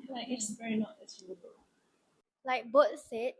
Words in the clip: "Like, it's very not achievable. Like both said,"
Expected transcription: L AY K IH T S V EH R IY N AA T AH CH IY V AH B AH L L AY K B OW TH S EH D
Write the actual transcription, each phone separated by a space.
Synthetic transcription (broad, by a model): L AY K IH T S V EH R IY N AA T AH S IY AH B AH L L AY K B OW T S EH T